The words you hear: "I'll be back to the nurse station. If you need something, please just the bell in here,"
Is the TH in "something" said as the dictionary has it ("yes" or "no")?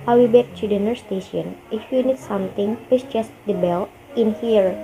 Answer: no